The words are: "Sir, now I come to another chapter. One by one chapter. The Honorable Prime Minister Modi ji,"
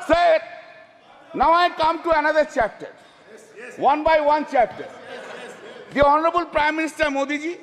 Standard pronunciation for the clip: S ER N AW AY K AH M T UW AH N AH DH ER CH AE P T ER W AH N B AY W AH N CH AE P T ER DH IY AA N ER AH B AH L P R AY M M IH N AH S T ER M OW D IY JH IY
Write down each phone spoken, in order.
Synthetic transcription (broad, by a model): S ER N AW AY K AH M T UW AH N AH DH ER CH AE P T ER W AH N B AY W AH N CH AE P T ER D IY AA N ER AH B AH L P R AY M M IH N AH S T ER M OW D IY JH IY